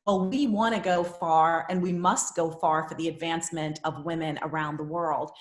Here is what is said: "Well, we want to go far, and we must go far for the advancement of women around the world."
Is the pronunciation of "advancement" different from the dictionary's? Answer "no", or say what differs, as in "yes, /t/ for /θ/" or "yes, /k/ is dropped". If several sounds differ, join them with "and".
no